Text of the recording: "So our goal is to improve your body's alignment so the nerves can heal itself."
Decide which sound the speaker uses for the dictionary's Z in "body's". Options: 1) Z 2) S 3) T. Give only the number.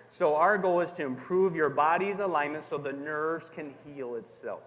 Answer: 1